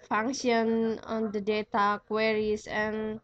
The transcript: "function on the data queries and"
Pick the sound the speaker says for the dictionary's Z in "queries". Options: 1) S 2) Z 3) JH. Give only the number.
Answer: 1